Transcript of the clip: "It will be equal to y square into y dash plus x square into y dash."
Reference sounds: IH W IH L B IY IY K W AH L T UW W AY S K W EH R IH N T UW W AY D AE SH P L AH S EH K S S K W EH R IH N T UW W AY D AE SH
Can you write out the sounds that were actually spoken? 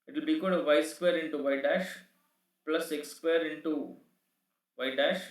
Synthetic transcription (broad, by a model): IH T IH L B IY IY K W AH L T UW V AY S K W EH R IH N T UW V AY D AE SH P L AH S EH K S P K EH R IH N T UW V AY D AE SH